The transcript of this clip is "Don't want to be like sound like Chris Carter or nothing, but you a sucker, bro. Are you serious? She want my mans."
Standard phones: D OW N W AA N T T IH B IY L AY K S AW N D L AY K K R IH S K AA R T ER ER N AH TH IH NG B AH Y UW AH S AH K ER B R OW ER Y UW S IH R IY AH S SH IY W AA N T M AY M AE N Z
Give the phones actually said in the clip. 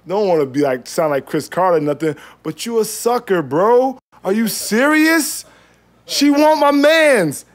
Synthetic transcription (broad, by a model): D OW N W AA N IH B IY L AY K S AW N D L AY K K R IH S K AA R T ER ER N AH TH IH NG B AH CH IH AH S AH K ER B R OW ER Y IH S IH R IY AH S SH IY W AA N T M AY M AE N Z